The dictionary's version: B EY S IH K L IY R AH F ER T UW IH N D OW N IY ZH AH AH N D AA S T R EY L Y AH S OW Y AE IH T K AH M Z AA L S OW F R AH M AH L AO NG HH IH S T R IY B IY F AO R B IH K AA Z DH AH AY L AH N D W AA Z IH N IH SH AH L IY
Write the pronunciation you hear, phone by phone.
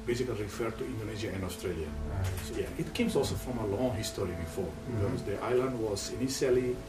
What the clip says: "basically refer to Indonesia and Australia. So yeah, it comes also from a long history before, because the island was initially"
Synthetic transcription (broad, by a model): B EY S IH K L IY R AH F ER T UW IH N D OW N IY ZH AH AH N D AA S T R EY L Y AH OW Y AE IH T K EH M S AA L S OW F R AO M AH L AO NG HH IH S T R IY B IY F AO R B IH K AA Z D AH AY L AH N D W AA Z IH N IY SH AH L IY